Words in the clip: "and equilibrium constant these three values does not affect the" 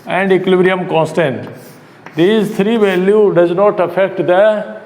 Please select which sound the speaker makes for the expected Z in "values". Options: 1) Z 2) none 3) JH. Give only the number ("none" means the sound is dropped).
2